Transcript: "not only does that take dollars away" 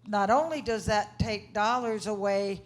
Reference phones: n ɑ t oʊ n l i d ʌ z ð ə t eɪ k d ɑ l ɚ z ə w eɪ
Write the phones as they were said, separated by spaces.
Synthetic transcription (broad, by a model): n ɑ t oʊ n l i d ʌ z ð ə t eɪ k d ɑ l ɚ z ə w eɪ